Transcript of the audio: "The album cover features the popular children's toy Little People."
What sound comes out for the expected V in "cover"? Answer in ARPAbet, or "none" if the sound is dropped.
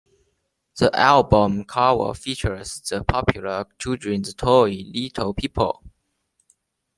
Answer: W